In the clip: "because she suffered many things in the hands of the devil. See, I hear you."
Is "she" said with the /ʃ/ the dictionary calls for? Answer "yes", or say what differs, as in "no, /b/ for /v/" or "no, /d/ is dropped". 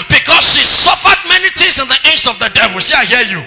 yes